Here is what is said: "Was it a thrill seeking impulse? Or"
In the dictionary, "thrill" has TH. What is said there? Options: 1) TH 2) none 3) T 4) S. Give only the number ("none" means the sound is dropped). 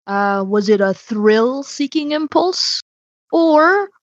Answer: 1